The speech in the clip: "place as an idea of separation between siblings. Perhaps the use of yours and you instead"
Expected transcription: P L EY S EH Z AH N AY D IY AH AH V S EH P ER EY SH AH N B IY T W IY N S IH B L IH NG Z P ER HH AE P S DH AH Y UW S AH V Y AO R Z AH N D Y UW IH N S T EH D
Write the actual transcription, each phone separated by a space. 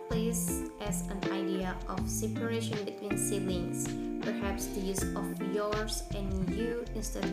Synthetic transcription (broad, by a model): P L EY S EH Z AH N AY D IY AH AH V S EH P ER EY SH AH N B IY T W IY N S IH L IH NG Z P ER HH AE P S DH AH Y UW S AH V Y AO R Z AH N Y UW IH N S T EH